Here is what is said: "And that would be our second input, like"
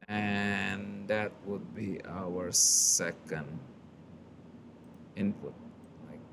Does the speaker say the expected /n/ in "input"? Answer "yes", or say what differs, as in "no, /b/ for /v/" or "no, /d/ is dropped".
yes